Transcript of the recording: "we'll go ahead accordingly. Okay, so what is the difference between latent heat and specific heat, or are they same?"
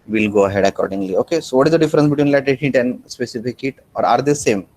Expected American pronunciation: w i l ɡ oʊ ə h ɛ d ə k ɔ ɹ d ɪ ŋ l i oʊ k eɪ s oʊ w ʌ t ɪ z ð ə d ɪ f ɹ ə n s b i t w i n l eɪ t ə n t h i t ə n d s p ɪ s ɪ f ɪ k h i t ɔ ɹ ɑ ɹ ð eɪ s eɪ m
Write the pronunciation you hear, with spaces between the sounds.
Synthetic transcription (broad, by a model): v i l ɡ oʊ ə h ɛ d ə k ɔ ɹ d ɪ ŋ l i oʊ k eɪ s oʊ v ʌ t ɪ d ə d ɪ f ɹ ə n s b i t w i n l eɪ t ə t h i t ə n d s p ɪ s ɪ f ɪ k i t ɔ ɹ ɑ ɹ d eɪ s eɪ m